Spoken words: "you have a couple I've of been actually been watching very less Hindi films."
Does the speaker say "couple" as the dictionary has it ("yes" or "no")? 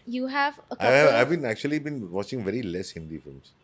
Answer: no